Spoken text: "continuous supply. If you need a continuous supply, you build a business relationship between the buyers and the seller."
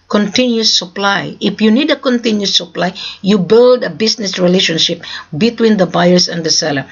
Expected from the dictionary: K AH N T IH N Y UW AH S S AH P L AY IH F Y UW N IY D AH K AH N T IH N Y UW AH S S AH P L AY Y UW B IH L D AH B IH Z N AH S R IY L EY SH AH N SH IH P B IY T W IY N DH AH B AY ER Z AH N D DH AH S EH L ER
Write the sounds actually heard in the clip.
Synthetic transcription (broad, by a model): K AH N T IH N Y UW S S AH P L AY IH F Y UW N IY D AH K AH N T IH N Y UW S S AH P L AY Y UW B IH L D AH B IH S N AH S R IY L EY SH AH N SH IH P B IY T W IY N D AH B AY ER S AH N D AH S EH L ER